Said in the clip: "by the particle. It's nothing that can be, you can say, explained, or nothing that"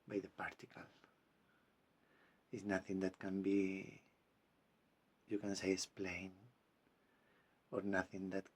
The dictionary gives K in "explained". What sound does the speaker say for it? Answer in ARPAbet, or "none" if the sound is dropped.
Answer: none